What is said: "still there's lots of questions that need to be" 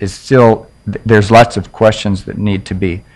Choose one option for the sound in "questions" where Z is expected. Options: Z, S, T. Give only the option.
Z